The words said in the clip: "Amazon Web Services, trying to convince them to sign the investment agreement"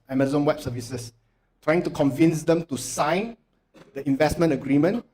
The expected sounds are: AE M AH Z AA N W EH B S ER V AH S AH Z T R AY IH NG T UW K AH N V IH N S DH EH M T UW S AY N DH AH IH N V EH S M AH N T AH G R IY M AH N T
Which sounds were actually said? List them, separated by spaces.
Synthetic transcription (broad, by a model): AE M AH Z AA N W EH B S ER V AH S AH S T R AY IH NG T UW K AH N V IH N S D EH M T UW S AY N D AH IH N V EH S M AH N T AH G R IY M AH N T